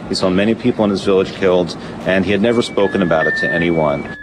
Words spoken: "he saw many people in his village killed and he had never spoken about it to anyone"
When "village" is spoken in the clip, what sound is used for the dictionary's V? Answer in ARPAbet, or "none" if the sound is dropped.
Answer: V